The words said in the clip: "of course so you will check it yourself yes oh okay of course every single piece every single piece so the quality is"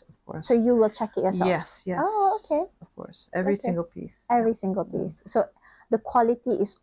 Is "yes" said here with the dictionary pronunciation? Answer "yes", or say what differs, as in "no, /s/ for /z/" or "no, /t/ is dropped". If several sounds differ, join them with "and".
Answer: no, /s/ is dropped